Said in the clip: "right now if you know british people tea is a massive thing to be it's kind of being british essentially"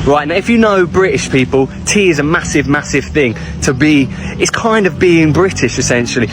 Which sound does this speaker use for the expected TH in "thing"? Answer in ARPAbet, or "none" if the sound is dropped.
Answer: TH